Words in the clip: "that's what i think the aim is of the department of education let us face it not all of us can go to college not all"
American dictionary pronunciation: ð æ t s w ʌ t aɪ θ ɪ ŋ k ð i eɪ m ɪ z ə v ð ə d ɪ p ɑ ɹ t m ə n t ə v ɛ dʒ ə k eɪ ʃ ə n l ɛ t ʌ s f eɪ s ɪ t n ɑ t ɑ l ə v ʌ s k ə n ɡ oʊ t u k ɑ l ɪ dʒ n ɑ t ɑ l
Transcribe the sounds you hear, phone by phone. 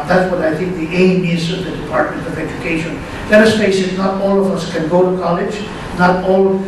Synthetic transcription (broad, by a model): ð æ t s w ʌ t aɪ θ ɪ ŋ k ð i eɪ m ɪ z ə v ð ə d ɪ p ɑ ɹ t m ə n t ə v ɛ dʒ ə k eɪ ʃ ə n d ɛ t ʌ s p eɪ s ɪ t n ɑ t ɑ l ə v ʌ s k ə n ɡ oʊ t u k ɑ l ɪ dʒ n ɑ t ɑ l